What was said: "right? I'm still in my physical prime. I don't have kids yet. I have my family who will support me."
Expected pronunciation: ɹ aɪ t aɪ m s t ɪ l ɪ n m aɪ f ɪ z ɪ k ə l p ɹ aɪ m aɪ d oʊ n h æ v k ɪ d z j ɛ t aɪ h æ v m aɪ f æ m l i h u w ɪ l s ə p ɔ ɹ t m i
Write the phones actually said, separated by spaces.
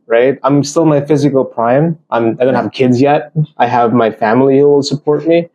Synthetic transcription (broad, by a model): ɹ aɪ t aɪ m s t ɪ l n m aɪ f ɪ z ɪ k l p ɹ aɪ m aɪ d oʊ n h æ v k ɪ d z j ɛ t aɪ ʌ v m aɪ f æ m l i h u w ɪ l s ə p ɔ ɹ t m i